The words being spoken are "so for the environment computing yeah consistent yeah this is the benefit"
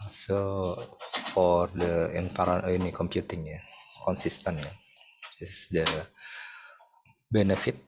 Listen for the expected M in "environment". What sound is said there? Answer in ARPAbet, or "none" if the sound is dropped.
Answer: none